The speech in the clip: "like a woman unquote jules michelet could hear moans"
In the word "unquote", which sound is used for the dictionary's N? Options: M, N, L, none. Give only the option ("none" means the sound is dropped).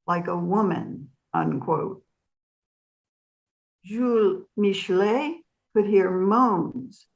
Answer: N